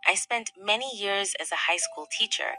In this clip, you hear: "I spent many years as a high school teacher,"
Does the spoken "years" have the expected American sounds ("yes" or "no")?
yes